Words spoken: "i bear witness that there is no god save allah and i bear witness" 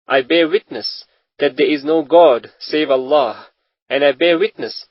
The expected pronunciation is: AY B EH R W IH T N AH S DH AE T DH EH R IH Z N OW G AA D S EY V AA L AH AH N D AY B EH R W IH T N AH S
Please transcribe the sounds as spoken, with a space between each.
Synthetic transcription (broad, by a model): AY B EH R W IH T N AH S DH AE T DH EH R IH Z N OW G AA D S EY V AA L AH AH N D AY B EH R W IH T N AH S